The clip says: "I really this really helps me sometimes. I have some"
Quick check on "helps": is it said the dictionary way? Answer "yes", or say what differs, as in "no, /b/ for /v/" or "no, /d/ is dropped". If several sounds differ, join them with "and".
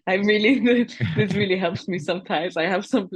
yes